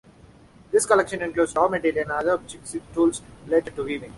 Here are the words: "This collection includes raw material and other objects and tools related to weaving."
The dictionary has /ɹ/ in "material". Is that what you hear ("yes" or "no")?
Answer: no